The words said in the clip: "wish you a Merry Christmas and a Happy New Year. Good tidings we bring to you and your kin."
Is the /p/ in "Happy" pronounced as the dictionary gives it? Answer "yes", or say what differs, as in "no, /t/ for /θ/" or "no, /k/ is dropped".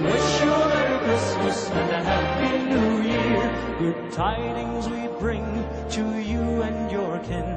no, /b/ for /p/